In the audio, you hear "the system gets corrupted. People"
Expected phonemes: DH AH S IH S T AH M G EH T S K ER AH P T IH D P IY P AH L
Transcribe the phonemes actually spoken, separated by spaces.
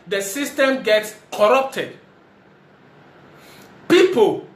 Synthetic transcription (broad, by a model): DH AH S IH S T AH M G EH T S K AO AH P T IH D P IY P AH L